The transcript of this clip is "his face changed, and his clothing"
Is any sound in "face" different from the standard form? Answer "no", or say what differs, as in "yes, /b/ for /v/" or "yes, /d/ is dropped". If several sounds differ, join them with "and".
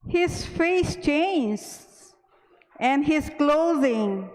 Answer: no